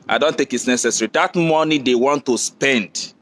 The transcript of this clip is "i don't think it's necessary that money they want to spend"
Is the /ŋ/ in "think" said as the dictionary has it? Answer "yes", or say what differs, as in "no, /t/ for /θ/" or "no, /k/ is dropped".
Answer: no, /ŋ/ is dropped